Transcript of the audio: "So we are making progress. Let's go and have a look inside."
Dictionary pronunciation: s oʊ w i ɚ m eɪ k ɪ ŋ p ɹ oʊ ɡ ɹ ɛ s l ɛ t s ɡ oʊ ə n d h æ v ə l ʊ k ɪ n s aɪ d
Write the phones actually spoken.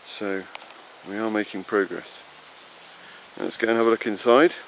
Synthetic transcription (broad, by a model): s oʊ w i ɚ m eɪ k ɪ ŋ p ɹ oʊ ɡ ɹ ɛ s n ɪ t s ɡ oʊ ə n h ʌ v ə l ʊ k ɪ n s aɪ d